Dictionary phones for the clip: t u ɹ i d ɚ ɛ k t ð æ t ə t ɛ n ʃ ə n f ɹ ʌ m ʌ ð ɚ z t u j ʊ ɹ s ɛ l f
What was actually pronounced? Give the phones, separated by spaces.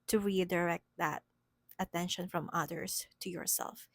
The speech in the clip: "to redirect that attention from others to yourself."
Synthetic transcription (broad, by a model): t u ɹ i d ɚ ɛ k t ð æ t ə t ɛ n ʃ ə n f ɹ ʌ m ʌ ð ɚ s t u j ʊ ɹ s ɛ l f